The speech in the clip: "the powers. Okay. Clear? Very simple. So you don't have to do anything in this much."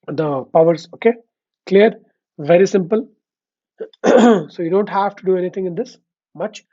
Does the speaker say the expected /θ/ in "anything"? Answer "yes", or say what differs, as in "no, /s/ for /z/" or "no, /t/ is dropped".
no, /t/ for /θ/